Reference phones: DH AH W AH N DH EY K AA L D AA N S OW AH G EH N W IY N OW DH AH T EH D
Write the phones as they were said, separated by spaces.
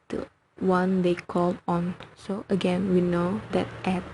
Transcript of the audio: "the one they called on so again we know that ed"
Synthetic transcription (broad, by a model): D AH W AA N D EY K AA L AA N S OW AH G EH N W IY N OW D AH T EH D